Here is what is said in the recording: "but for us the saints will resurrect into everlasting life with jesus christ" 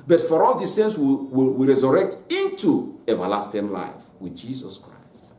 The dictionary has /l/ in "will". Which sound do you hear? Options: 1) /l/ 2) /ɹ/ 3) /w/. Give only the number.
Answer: 3